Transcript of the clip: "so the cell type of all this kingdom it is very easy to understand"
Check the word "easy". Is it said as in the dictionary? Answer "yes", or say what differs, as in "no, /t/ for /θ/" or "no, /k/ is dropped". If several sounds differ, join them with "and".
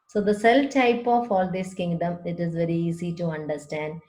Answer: no, /s/ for /z/